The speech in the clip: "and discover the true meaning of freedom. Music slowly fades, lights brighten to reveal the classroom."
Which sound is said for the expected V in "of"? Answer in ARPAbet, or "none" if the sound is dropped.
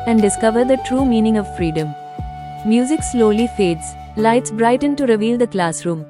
V